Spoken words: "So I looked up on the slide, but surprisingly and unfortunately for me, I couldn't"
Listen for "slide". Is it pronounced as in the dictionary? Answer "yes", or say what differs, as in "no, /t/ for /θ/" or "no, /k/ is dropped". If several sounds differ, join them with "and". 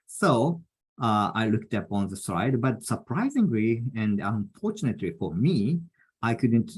no, /l/ is dropped